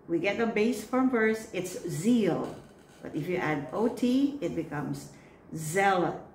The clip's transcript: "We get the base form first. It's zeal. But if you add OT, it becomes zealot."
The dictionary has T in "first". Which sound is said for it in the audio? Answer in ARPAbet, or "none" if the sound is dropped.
none